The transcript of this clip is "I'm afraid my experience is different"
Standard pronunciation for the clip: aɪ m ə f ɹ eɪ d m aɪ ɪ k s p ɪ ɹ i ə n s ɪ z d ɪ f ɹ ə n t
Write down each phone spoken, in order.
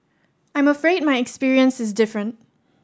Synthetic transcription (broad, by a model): aɪ m ə f ɹ eɪ d m aɪ ɪ k s p ɪ ɹ i ə n s ɪ z d ɪ f ɹ ə n t